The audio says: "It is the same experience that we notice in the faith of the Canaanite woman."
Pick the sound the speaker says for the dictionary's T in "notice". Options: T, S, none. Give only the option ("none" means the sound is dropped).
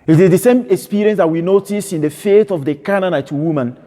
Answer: T